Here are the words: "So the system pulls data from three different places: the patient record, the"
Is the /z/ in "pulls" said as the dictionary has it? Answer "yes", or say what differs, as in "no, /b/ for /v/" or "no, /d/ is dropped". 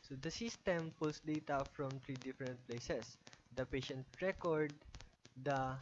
no, /s/ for /z/